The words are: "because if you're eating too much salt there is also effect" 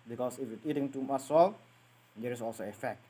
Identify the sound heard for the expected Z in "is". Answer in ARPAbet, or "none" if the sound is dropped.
S